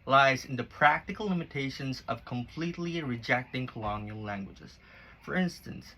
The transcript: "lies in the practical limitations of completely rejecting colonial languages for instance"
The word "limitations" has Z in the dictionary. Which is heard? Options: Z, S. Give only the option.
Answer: Z